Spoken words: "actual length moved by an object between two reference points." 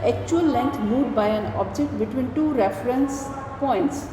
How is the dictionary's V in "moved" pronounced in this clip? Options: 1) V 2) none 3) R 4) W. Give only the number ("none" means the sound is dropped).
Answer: 2